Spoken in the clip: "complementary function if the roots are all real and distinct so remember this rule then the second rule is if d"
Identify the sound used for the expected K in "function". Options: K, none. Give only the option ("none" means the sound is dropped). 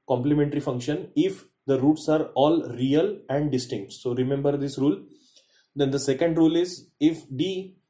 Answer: K